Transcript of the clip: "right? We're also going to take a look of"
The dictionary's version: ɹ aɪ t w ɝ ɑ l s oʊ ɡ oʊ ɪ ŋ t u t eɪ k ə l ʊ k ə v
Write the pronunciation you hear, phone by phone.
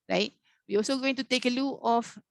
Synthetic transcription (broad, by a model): ɹ aɪ t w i ɑ l s oʊ ɡ oʊ ɪ ŋ t u t eɪ k ə l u ə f